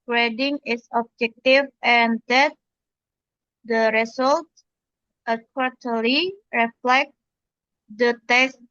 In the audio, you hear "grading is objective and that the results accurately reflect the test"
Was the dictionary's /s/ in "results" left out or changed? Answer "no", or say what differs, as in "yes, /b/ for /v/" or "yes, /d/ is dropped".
yes, /s/ is dropped